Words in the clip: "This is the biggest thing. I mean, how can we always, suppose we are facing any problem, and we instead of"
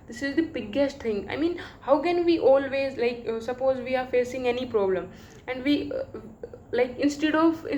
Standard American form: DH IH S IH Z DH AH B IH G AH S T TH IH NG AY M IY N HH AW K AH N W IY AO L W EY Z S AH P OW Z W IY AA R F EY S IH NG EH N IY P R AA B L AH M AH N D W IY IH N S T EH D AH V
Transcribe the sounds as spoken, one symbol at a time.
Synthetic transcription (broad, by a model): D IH S IH Z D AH B IH G AH S T T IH NG AY M IY N HH AW K AH N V IY AO L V EY Z S AH P OW Z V IY AA R F EY S IH NG EH N IY P R AA B L AH M AH N D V IY IH N S T EH D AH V